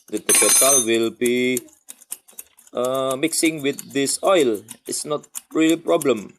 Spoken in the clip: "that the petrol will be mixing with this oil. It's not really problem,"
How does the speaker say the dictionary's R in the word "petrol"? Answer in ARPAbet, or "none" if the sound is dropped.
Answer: none